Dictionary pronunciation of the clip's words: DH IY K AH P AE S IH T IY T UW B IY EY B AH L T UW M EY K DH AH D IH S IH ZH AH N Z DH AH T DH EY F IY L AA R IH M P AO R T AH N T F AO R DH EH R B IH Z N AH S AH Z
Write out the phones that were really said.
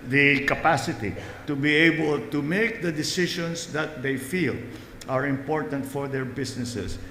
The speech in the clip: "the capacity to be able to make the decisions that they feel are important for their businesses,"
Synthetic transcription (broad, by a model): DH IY K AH P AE S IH T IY T UW B IY EY B AH L T UW M EY K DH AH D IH S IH SH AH N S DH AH T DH EY F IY L AA R IH M P AO R T AH N T F AO R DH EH R B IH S N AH S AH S